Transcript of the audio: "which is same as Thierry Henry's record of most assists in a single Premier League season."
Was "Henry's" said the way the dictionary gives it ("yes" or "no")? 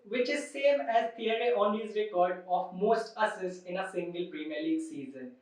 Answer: no